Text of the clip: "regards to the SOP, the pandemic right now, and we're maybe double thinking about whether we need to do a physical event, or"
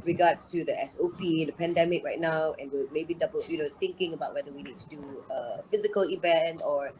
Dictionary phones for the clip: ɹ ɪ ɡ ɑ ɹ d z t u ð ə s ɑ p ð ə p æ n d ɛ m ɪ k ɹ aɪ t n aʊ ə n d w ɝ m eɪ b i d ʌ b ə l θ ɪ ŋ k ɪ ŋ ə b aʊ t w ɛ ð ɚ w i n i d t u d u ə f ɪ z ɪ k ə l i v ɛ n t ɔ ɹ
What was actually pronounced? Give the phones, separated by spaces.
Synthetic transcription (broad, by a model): ɹ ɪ ɡ ɑ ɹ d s t u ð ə s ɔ p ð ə p æ n d ɛ m ɪ k ɹ aɪ t n aʊ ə n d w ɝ m eɪ b i d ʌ b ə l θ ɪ ŋ k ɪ ŋ ə b aʊ t w ɛ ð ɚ w i n i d t u d u ə f ɪ z ɪ k ə l i v ɛ n t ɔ ɹ